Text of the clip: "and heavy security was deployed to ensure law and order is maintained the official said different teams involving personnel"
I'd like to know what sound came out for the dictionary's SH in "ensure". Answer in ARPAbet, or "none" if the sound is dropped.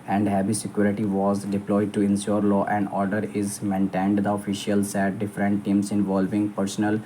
S